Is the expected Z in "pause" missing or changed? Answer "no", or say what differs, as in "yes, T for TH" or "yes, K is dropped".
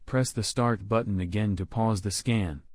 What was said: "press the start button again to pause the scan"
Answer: no